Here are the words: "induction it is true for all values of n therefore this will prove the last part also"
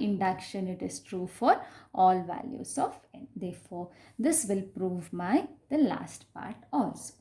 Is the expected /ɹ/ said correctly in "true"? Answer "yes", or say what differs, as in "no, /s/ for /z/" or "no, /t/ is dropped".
yes